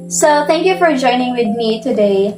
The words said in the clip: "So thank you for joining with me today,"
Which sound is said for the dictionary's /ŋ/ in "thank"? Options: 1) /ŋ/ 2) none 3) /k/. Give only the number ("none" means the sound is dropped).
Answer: 1